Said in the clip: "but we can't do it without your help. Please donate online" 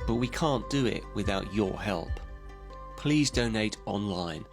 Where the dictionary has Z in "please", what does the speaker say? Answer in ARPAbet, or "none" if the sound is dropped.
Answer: Z